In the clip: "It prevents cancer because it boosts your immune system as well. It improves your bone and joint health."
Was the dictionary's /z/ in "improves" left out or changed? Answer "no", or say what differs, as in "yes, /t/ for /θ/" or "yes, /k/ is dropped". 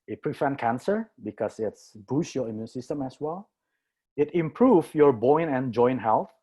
yes, /z/ is dropped